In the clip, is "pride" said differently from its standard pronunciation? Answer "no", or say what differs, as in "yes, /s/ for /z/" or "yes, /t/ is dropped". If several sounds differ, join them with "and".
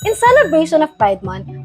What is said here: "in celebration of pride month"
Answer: yes, /ɹ/ is dropped